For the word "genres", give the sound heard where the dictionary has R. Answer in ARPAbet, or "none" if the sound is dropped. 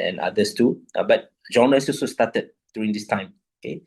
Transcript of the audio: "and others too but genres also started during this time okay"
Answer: none